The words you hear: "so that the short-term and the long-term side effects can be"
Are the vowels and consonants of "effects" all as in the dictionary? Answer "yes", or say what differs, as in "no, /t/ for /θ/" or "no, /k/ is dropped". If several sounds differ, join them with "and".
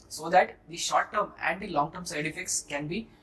yes